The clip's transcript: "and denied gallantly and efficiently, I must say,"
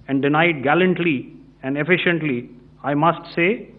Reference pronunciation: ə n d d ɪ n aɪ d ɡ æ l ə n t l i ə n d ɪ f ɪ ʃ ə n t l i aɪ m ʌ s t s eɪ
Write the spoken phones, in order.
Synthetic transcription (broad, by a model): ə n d d ɪ n aɪ d ɡ æ l ə n t l i ə n d ɪ f ɪ ʃ ə n t l i aɪ m ʌ s t s eɪ